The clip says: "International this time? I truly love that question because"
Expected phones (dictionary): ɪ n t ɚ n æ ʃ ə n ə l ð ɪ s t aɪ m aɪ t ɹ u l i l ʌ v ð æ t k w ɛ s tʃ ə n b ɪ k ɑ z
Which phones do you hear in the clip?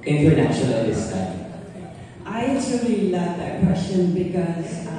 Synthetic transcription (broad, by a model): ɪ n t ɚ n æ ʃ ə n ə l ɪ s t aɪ aɪ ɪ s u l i l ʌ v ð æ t k w ɛ s tʃ ə n b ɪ k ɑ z